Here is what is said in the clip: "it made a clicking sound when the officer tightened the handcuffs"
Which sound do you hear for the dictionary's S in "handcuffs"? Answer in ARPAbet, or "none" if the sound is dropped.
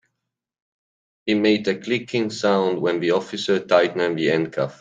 none